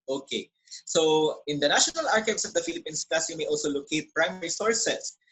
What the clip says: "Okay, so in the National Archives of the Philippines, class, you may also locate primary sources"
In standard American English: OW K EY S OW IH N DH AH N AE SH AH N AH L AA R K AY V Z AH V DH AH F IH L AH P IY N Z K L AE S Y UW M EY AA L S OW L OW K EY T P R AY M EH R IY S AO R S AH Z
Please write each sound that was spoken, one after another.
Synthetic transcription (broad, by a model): OW K EY S OW IH N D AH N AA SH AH N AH L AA R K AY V S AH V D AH F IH L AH P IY N S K AA S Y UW M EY AA L S OW L OW K EY T P R AY M EH R IY S AO R S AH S